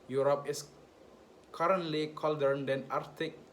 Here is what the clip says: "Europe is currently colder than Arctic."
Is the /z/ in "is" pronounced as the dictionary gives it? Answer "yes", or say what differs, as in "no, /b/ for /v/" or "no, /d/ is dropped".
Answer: no, /s/ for /z/